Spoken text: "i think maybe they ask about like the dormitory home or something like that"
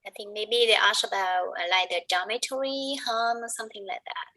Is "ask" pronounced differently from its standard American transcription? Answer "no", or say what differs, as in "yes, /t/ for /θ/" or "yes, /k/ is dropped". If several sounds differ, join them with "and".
yes, /k/ is dropped